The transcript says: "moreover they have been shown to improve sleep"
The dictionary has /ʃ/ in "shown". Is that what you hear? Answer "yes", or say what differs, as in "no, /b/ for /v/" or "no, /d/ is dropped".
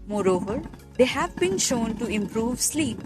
yes